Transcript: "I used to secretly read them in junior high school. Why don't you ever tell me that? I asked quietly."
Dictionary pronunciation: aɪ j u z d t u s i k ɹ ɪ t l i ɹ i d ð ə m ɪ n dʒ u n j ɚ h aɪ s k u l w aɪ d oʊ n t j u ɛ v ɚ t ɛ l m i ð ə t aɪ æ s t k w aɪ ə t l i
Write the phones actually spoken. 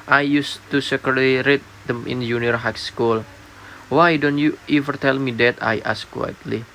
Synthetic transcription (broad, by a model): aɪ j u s t u s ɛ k ɪ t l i ɹ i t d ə m ɪ n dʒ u n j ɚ h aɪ s k u l w aɪ d oʊ n t j u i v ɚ t ɛ l m i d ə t aɪ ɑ s k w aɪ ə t l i